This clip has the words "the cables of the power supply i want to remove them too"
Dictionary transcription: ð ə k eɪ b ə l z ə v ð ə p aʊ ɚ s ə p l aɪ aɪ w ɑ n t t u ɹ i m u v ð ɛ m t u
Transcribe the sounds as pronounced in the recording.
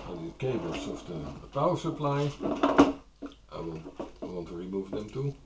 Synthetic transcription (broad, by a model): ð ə k eɪ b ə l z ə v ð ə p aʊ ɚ s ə p l aɪ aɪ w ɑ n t t u ɹ i m u v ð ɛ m t u